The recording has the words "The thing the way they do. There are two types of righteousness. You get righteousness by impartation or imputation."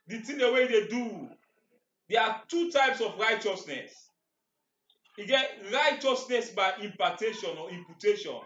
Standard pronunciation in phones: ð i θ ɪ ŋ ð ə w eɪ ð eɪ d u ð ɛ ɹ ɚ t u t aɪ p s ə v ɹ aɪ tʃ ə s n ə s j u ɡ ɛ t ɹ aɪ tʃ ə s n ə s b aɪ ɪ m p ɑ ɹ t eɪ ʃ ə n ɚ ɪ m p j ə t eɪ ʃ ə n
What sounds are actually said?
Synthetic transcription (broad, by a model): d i t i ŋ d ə w eɪ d eɪ d u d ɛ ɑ t u t aɪ p s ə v ɹ aɪ tʃ ə s n ə s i ɡ ɛ t ɹ aɪ tʃ ə s n ə s b aɪ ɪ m p ɑ t eɪ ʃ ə n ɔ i m p j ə t eɪ ʃ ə n